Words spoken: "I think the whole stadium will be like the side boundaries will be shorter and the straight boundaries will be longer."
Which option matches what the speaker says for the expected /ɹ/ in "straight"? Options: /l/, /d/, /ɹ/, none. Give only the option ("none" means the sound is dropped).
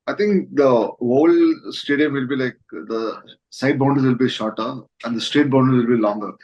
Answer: /ɹ/